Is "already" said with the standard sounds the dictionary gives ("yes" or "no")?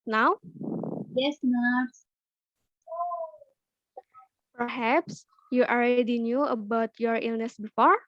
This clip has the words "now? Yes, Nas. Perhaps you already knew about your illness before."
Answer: no